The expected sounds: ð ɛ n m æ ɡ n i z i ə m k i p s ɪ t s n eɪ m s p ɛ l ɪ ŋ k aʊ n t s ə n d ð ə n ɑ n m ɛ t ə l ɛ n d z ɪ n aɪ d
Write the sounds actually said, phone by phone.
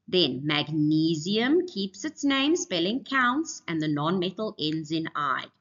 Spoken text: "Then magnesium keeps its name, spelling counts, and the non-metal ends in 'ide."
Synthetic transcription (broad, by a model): ð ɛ n m æ ɡ n i z i ə m k i p s ɪ t s n eɪ m s p ɛ l ɪ ŋ k aʊ n t s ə n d ð ə n ɑ n m ɛ t ə l ɛ n d z ɪ n aɪ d